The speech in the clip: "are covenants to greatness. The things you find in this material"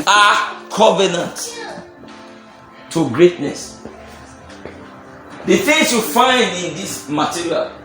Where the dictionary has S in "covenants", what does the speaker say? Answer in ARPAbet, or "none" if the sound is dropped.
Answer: none